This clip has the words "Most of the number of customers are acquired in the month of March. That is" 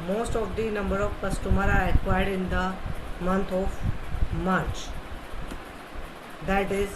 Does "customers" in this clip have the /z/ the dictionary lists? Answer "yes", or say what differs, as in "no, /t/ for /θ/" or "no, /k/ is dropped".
no, /z/ is dropped